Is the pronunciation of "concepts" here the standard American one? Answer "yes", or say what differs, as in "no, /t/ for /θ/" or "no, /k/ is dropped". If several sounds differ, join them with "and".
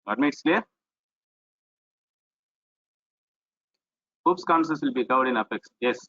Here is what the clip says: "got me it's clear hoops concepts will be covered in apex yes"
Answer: no, /p/ is dropped